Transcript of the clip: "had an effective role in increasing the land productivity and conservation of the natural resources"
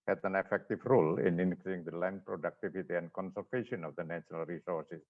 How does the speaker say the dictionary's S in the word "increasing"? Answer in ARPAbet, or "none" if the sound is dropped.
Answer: none